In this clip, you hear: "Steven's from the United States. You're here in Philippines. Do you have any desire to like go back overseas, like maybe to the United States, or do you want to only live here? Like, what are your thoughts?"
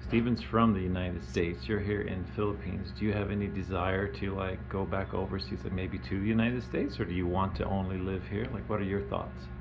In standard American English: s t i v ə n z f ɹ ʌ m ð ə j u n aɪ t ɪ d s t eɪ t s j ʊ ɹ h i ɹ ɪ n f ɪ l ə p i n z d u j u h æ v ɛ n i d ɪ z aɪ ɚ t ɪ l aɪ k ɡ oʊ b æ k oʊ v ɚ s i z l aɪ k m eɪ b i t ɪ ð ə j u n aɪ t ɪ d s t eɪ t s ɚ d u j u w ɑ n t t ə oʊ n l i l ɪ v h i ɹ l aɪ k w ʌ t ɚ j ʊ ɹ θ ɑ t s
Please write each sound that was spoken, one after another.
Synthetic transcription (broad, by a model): s t i v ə n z f ɹ ʌ m ð ə j u n aɪ t ɪ d s t eɪ t s j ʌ ɹ h i ɹ ɪ n f ɪ l ə p i n z d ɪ j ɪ v ɛ n i d ɪ z aɪ ɚ t ɪ l aɪ k ɡ oʊ b æ k oʊ v ɚ s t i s m eɪ b i t ɪ ð ə j u n aɪ t ɪ d s t eɪ t s ɚ d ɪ j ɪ w ɑ n t t ə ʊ n l i l ɪ v h i ɹ l aɪ k w ʌ t ɚ j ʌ ɹ θ ɑ t s